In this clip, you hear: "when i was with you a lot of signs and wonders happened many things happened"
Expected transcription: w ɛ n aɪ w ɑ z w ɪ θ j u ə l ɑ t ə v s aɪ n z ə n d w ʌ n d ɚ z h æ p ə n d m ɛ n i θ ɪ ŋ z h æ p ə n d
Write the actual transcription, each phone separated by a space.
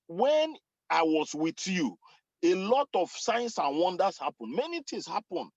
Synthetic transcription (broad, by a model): w ɛ n aɪ w ɑ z w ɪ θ j u ə l ɑ t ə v s aɪ n s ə n w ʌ n d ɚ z h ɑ p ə n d m ɛ n i t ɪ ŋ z h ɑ p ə n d